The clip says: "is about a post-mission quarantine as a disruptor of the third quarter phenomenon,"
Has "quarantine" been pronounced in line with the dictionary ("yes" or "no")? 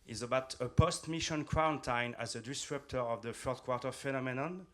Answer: no